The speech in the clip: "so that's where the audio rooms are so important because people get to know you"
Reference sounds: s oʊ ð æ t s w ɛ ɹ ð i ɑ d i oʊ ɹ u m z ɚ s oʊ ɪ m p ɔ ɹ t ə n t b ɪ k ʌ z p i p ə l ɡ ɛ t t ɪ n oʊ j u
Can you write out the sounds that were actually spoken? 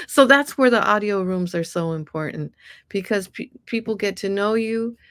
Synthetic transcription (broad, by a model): s oʊ ð æ t s w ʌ ɹ ð i ɑ d i oʊ ɹ u m z ɚ s oʊ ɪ m p ɔ ɹ t n t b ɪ k ʌ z p i p l ɡ ɛ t t ɪ n oʊ j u